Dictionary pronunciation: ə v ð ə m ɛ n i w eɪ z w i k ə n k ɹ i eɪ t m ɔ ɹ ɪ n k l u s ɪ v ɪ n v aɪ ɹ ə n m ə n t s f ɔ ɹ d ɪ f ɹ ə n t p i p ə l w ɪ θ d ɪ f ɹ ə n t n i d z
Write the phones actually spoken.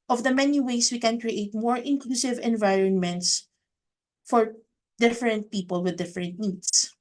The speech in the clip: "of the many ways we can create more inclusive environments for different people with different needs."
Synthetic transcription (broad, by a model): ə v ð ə m ɛ n i w eɪ s w i k ə n k ɹ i eɪ t m ɔ ɹ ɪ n k l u s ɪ v ɪ n v aɪ ɹ ə n m ə n t s f ɔ ɹ d ɪ f ɹ ə n t p i p ə l w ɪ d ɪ f ɹ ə n t n i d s